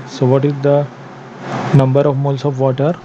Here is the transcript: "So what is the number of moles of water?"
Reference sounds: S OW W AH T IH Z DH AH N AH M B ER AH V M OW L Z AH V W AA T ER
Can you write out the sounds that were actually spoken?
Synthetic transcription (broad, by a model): S OW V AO T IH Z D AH N AH M B ER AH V M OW L S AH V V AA T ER